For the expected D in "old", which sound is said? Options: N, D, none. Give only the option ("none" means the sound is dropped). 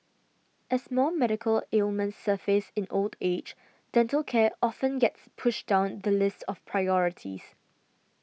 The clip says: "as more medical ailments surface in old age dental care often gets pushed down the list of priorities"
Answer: D